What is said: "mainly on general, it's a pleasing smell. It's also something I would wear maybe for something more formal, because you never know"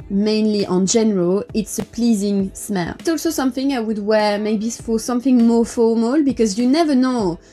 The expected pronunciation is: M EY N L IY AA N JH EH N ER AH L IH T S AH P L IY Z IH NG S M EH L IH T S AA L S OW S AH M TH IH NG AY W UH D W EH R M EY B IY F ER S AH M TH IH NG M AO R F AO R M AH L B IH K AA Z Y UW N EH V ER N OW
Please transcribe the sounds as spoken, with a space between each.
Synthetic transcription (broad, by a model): M EY N L IY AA N JH EH N ER AH L IH T S AH P L IY Z IH NG S M EH L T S AA L S OW S AH M TH IH NG AY W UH D W EH R M EY B IY F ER S AH M TH IH NG M AO R F AO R M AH L B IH K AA Z Y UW N EH V ER N OW